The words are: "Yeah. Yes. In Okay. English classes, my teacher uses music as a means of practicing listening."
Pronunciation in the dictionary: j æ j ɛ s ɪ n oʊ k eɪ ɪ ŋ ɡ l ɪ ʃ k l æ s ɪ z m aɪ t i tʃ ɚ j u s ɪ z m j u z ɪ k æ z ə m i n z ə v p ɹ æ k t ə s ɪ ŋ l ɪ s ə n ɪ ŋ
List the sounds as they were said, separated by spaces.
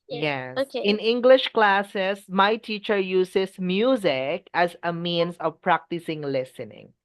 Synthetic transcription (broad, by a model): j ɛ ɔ ɪ n ɪ ŋ ɡ l ɪ ʃ k l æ s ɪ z m aɪ t i tʃ ɚ j u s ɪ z m j u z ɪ k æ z ə m i n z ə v p ɹ æ k t ə s ɪ ŋ l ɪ s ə n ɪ ŋ